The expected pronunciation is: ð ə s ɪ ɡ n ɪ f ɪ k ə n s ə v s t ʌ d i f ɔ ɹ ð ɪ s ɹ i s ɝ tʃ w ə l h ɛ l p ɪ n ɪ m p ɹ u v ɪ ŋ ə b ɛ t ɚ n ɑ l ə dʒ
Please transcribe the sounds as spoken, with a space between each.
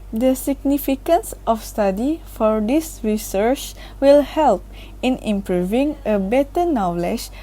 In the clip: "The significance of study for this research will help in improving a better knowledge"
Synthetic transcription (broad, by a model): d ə s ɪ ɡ n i f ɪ k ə n s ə f s t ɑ d i f ɔ ɹ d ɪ s ɹ i s ɝ tʃ w ə l h ɛ l p ɪ n ɪ m p ɹ u v ɪ ŋ ə b ɛ t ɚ n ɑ l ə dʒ